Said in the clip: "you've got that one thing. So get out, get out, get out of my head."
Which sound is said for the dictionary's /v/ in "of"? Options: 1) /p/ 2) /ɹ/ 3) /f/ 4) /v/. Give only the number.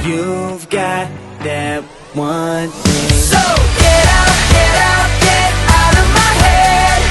4